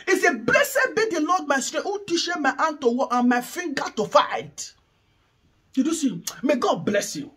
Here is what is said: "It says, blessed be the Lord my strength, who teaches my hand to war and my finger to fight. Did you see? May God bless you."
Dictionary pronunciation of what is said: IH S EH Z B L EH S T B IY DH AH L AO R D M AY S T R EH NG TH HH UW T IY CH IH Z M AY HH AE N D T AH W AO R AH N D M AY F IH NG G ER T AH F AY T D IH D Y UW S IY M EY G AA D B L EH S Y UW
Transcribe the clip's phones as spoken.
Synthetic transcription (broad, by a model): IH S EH B L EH S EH B IY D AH L AO D M AY S T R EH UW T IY SH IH M AY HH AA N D T AH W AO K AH N M AY F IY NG G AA T AH F AY T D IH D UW S IY M EY G AA D B L EH S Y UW